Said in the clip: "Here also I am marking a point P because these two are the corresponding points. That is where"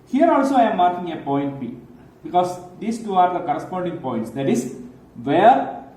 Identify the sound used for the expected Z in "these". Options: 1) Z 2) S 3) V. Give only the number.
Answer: 2